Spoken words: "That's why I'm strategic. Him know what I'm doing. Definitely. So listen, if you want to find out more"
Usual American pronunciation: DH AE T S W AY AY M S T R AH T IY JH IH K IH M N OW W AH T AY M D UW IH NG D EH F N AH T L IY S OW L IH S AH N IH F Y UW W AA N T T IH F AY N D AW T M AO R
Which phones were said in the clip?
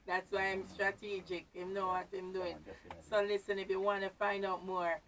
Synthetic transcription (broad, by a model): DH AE T S W AY AY M S T R AH T IY JH IH K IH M N OW W AH T AY M D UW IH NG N S OW L IH S AH N IH F Y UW W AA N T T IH F AY N D AW T M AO R